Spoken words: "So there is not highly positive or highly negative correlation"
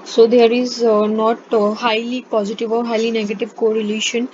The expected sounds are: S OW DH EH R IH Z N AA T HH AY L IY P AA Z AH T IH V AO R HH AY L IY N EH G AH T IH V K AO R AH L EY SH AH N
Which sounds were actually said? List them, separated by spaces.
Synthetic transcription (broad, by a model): S OW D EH R IH Z N AA T HH AY L IY P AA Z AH T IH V AO R HH AY L IY N EH G AH T IH V K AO R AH L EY SH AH N